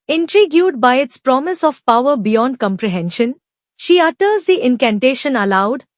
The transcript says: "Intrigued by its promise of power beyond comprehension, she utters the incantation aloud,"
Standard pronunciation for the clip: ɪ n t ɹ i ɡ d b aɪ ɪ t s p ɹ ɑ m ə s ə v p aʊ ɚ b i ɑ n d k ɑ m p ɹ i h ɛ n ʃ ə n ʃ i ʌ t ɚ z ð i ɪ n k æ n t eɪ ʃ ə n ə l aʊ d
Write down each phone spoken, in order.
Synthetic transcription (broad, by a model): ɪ n t ɹ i ɡ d b aɪ ɪ t s p ɹ ɑ m ə s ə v p aʊ ɚ b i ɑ n d k ɑ m p ɹ i h ɛ n ʃ ə n ʃ i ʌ t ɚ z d i ɪ n k æ n t eɪ ʃ ə n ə l aʊ d